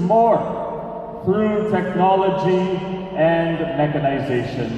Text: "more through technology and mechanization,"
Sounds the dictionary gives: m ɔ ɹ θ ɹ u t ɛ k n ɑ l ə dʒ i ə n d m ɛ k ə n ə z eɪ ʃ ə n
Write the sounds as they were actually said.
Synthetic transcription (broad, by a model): m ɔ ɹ f ɹ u t ɛ k n ɑ l ə dʒ i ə n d m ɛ k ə n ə z eɪ ʃ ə n